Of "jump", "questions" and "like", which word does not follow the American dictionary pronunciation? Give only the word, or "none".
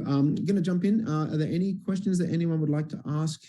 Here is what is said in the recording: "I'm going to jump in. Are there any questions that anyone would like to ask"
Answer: none